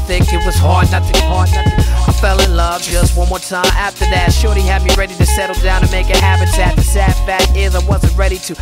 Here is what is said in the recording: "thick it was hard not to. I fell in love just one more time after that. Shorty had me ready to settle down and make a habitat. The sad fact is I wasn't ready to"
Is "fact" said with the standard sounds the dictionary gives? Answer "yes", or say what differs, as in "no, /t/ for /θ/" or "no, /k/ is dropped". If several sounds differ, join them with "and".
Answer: no, /k/ is dropped